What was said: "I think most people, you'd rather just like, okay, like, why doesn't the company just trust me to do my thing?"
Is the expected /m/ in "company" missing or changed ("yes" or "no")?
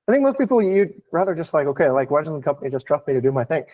no